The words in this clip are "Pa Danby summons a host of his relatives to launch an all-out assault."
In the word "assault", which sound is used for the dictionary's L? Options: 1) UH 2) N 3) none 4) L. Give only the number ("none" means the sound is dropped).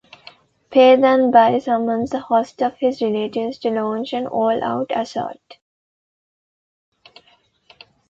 3